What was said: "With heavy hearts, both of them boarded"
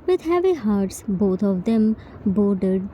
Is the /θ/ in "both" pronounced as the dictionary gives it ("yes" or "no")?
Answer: no